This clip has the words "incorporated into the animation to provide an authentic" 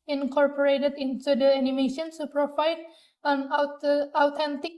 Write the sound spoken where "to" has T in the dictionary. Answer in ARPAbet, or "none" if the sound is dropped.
S